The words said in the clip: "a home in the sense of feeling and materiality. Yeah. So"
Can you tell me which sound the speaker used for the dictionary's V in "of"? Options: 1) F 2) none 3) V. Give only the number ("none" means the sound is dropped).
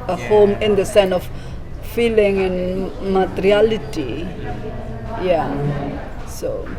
1